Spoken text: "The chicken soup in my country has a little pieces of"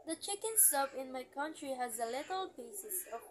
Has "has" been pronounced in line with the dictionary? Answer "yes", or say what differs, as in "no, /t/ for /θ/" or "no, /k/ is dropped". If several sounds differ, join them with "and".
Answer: yes